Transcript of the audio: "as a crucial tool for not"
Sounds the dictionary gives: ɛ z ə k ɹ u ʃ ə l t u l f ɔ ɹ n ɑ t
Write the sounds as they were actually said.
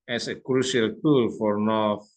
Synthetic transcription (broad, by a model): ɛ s ə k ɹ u s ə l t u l f ɔ ɹ n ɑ